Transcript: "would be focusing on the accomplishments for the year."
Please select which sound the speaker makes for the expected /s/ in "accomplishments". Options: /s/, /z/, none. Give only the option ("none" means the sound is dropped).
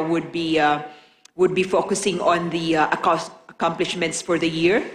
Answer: /s/